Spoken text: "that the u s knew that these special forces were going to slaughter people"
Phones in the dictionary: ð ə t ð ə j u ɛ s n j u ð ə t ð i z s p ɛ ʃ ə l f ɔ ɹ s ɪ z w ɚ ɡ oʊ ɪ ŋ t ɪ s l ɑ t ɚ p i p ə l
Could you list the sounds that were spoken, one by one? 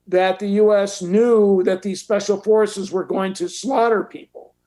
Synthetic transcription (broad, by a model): ð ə t ð ə j u ɛ s n j u ð ə t ð i z s p ɛ ʃ l f ɔ ɹ s ɪ z w ɚ ɡ oʊ ɪ ŋ t ɪ s l ɑ t ɚ p i p l